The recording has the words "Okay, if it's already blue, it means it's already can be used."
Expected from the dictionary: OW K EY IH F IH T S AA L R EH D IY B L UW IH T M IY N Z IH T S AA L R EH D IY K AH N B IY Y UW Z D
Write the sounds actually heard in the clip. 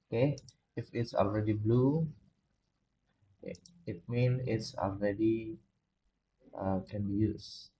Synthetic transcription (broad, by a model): OW K EY IH F IH T S AA L R EH D IY B L UW IH T M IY N IH T S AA L R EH D IY K AH N B IY Y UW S